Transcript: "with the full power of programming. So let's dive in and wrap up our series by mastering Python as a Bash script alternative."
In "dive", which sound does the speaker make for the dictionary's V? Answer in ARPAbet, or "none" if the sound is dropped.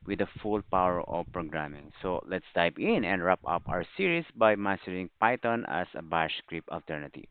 P